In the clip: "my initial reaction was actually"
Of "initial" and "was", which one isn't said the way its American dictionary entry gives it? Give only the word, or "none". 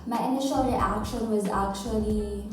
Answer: none